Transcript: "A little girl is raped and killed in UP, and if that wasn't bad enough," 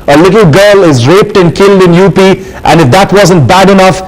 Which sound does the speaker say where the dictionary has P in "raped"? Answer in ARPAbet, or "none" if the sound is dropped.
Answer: P